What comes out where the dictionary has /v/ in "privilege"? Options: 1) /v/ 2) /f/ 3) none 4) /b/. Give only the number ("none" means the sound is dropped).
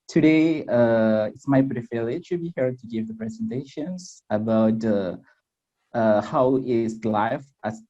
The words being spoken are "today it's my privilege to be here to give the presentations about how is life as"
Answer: 2